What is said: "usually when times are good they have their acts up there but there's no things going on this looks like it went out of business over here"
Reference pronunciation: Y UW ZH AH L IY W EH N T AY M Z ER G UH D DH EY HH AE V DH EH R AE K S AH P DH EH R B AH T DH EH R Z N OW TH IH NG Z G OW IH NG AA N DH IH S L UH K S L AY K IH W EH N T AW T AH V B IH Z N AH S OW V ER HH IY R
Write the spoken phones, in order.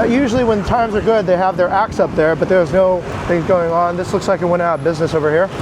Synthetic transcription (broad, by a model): Y UW ZH L IY W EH N T AY M Z ER G UH D DH EY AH V DH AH R AE K S AH P DH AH R B AH T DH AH R Z N OW TH IH NG Z G OW IH NG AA N DH IH S L UH K S L AY K IH W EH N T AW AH B IH Z N AH S OW V ER HH IY R